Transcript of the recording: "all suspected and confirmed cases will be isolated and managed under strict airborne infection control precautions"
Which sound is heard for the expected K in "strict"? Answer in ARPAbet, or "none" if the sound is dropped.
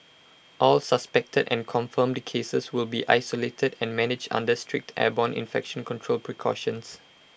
K